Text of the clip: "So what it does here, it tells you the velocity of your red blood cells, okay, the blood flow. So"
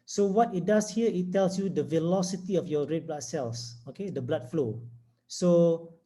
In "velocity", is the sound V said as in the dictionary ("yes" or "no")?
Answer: yes